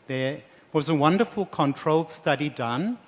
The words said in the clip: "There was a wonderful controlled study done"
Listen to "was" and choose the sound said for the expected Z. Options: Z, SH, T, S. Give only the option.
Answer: Z